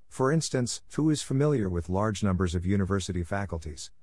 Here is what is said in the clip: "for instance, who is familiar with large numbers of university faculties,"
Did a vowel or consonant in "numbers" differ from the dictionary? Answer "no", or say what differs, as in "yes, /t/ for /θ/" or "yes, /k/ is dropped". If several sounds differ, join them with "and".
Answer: no